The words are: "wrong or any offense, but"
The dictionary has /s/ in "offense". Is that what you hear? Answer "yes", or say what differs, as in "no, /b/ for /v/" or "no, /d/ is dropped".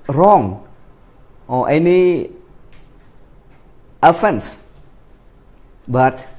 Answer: yes